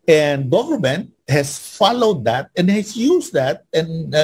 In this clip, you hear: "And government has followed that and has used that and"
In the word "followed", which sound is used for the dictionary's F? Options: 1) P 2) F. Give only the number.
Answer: 2